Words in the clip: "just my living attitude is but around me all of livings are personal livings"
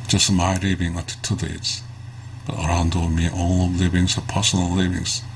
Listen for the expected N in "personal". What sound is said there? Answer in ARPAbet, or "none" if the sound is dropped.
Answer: N